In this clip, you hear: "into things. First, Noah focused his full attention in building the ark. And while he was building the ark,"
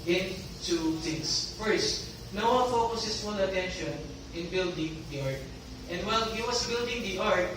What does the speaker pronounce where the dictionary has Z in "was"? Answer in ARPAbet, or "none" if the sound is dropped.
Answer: S